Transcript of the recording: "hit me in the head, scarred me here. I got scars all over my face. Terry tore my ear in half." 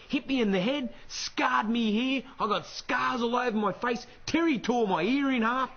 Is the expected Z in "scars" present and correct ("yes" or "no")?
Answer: yes